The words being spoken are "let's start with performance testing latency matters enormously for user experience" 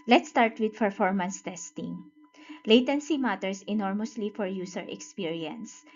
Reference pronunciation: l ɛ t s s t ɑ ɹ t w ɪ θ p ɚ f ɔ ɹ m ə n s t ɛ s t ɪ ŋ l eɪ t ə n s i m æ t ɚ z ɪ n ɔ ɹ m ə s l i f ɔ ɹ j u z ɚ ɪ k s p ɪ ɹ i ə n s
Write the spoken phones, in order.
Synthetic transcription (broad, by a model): l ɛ t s s t ɑ ɹ t w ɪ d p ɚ f ɔ ɹ m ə n s t ɛ s t ɪ ŋ l eɪ t ə n s i m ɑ t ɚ s ɪ n ɔ ɹ m ə s l i f ɔ ɹ j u s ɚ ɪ k s p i ɹ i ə n s